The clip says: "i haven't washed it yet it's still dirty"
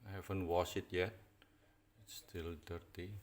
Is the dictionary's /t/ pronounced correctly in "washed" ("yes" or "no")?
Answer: no